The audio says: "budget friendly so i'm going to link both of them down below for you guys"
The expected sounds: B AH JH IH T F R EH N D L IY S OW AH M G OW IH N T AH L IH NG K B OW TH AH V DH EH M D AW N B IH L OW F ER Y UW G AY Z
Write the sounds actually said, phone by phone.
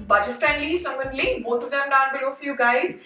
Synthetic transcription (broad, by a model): B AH JH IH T F R EH N D L IY S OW AH M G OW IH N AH L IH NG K B OW T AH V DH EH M D AW N B IH L OW F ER Y UW G AY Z